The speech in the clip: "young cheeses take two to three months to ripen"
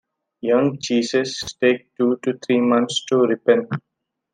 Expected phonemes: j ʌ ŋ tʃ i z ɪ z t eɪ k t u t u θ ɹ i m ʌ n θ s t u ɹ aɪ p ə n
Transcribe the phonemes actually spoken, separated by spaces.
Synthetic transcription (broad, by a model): j ʌ ŋ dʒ i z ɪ s t eɪ k t u t u t ɹ i m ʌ n t s t u ɹ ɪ p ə n